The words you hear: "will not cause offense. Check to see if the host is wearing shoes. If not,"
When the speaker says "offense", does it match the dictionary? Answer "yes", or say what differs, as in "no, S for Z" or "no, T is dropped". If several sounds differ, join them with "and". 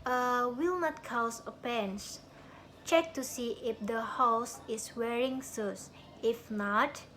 no, P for F